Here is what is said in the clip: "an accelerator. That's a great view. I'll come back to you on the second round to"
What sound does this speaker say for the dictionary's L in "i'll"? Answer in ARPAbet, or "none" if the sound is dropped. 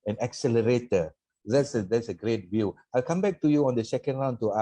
L